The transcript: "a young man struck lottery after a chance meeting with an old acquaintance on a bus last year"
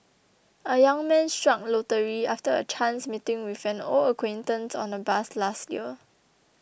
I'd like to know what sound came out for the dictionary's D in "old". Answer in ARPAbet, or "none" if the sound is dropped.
none